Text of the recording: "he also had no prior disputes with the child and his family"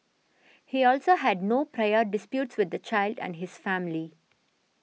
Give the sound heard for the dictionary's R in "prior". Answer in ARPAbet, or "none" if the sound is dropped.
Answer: R